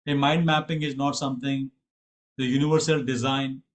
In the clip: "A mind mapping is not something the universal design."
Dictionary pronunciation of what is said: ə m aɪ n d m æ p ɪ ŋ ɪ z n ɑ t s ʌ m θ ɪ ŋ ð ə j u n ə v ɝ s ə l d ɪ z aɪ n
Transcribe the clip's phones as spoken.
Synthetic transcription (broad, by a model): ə m aɪ n d m æ p ɪ ŋ ɪ z n ɑ t s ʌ m t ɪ ŋ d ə j u n ə v ɝ s ə l d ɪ z aɪ n